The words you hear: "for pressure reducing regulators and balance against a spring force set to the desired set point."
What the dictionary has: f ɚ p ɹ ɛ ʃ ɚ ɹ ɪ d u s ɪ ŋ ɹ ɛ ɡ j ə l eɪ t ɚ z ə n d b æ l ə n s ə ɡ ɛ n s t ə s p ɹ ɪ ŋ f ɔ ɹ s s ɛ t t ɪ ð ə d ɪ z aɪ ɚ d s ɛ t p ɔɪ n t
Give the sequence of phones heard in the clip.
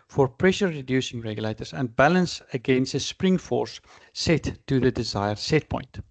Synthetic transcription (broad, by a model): f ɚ p ɹ ɛ ʃ ɚ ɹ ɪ d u s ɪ ŋ ɹ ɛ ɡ j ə l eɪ t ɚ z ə n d b æ l ə n s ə ɡ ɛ n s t ə s p ɹ ɪ ŋ f ɔ ɹ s s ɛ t t ɪ ð ə d ɪ z aɪ ɚ d s ɛ t p ɔɪ n t